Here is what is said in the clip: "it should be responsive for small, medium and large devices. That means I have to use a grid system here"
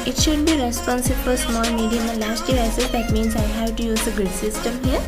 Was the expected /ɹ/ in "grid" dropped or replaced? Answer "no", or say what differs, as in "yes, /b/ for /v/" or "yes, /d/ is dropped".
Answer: yes, /ɹ/ is dropped